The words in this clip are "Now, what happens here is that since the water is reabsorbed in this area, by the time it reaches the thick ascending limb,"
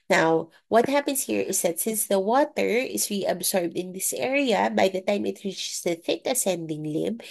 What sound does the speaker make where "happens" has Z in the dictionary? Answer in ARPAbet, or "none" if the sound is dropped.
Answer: S